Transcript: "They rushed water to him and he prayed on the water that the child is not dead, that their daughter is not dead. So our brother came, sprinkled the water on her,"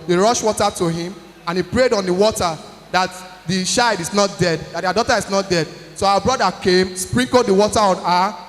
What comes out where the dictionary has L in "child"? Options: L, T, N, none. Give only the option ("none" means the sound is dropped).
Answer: none